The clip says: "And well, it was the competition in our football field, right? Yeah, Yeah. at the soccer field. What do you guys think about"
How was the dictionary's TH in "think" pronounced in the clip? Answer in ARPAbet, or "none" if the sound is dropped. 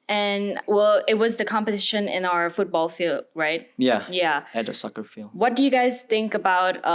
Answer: TH